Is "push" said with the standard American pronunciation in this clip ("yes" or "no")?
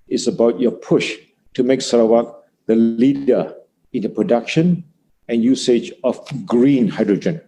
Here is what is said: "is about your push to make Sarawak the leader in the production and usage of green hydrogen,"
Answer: yes